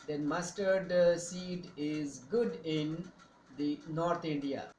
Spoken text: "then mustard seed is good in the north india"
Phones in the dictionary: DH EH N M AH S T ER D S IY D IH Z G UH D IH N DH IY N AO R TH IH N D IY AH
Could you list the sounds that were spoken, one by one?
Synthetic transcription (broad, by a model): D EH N M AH S T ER D S IY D IH Z G UH D IH N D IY N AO R T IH N D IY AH